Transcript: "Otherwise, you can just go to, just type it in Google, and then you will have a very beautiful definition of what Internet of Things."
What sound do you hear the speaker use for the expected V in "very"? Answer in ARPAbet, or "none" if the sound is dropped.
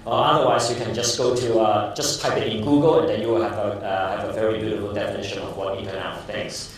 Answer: V